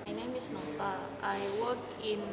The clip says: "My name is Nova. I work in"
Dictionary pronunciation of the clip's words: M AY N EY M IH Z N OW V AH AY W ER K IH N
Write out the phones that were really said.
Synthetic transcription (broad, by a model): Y N EY M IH S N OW P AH AY W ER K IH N